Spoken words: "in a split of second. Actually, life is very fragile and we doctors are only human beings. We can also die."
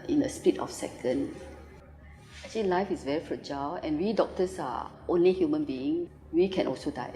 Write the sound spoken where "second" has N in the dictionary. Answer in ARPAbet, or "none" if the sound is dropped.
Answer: N